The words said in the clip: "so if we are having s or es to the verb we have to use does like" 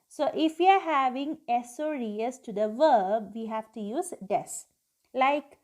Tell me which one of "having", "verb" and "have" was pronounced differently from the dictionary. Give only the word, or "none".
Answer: none